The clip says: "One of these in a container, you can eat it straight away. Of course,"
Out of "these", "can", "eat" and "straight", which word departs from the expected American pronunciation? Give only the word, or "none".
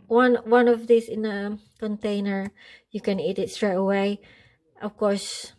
these